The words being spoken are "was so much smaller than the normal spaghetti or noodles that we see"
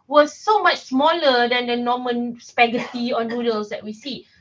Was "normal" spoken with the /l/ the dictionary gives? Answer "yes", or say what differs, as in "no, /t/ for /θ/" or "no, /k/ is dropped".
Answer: no, /n/ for /l/